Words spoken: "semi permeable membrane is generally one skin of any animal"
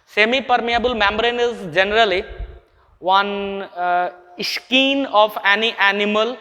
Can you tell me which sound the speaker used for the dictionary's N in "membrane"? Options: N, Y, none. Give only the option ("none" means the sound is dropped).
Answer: N